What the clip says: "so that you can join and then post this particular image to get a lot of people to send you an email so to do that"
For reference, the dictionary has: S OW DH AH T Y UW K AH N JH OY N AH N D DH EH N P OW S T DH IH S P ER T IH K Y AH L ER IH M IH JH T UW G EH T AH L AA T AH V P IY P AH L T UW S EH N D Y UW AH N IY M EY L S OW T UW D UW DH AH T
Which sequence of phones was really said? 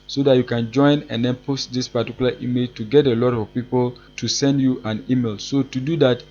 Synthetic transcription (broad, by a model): S OW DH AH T Y UW K AH N JH OY N AH N D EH N P OW S T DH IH S P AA T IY K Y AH L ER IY M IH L T UW G EH T AH L AA T AH V P IY P AH L T UW S EH N D Y UW AH N IY M EY L S OW T UW D UW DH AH T